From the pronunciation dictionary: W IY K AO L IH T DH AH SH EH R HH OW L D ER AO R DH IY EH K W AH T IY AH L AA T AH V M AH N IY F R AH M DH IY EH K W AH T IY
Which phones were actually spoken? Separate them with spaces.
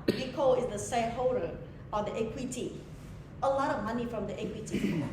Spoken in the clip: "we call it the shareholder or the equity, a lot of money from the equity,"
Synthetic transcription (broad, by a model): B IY K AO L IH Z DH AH S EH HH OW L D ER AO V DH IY EH K W AH T IY AH L AA T AH V M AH N IY F R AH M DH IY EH K W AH T IY